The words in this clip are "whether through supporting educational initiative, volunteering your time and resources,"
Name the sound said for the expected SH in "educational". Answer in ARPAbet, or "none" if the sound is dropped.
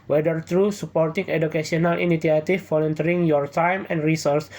S